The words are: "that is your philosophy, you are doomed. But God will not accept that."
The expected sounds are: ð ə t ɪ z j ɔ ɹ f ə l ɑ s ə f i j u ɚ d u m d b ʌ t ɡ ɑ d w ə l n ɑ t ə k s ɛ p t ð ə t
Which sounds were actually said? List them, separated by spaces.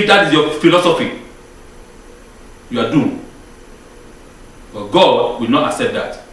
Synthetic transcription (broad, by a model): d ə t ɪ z j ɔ f ə l ɑ s ə f i j u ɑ d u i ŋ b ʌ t ɡ ɑ d w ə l n ɑ t ə k s ɛ p t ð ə t